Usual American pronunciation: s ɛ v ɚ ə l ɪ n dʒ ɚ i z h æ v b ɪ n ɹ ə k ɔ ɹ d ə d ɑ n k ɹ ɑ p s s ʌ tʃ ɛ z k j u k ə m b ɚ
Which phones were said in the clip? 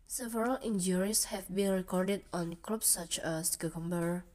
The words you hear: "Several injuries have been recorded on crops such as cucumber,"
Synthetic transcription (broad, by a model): s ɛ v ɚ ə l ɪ n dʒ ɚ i s h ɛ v b ɪ n ɹ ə k ɔ ɹ d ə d ɑ n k l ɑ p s s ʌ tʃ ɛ s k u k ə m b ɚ